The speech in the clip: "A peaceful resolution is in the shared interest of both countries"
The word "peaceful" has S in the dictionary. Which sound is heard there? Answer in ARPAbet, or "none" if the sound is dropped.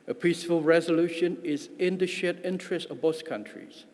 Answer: S